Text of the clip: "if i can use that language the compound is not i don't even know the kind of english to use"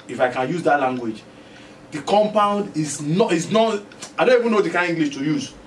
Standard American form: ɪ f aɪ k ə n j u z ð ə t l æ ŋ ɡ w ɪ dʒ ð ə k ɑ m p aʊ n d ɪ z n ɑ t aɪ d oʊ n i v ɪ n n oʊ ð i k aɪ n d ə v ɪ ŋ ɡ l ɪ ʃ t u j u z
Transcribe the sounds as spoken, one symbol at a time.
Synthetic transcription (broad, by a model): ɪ f aɪ k ə n j u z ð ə t l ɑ ŋ ɡ w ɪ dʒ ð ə k ɑ m p aʊ n d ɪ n n ɑ t aɪ d oʊ n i v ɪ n n oʊ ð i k aɪ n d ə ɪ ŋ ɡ l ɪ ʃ t u j u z